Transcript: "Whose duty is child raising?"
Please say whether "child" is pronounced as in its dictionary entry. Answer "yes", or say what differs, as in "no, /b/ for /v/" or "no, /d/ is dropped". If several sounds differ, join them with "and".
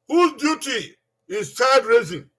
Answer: no, /l/ is dropped